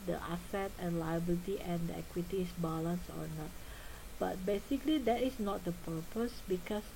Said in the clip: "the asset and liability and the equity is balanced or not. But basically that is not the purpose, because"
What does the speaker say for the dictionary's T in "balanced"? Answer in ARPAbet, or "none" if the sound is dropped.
none